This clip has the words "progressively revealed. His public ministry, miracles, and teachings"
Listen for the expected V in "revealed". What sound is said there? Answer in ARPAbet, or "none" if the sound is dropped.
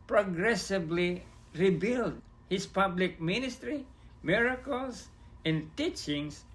B